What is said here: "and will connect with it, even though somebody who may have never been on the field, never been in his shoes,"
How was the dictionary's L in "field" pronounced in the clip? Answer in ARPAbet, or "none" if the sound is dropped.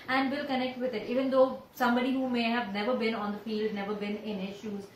L